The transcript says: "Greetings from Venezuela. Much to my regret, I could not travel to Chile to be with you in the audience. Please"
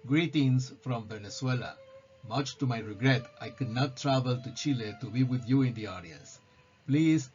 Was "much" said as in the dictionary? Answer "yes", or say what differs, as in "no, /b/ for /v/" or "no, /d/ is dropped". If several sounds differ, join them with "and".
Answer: yes